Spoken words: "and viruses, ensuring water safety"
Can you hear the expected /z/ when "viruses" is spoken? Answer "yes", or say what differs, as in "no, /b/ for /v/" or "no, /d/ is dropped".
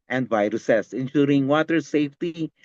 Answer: no, /s/ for /z/